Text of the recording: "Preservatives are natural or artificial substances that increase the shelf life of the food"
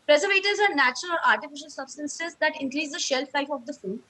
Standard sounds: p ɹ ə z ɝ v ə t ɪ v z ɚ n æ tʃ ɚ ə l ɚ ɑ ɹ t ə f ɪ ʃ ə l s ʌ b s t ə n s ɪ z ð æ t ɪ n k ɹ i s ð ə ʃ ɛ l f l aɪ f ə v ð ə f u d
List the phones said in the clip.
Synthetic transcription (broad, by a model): p ɹ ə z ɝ v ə t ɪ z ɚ n æ tʃ ɚ ə l ɑ ɹ t ə f ɪ ʃ ə l s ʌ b s t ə n s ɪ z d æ t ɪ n k ɹ i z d ə ʃ ɛ l f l aɪ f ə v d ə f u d